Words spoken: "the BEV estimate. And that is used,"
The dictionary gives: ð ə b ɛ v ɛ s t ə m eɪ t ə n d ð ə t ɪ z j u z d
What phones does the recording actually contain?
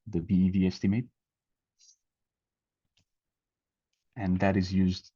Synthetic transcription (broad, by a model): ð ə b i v ɛ s t ə m eɪ t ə n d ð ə t ɪ z j u z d